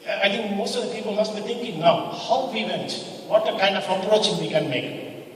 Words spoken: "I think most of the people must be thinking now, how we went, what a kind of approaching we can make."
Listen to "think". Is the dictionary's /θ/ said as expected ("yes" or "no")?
no